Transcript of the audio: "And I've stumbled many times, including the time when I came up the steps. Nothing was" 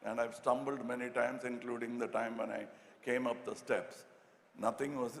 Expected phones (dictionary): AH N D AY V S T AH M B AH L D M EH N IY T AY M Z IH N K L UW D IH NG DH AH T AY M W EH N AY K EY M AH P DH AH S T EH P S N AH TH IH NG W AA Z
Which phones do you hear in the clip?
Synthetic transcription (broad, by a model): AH N D AY V S T AH M B AH L D M EH N IY T AY M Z IH N K L UW D IH NG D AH T AY M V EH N AY K EY M AH P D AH S T EH P S N AH T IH NG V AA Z